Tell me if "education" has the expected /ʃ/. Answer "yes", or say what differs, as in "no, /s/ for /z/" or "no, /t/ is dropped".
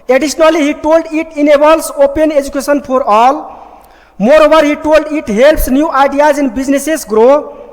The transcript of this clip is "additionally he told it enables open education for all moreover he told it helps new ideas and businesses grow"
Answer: no, /s/ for /ʃ/